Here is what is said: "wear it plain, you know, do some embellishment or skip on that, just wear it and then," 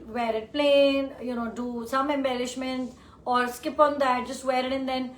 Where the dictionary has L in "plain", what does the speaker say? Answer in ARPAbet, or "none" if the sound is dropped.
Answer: L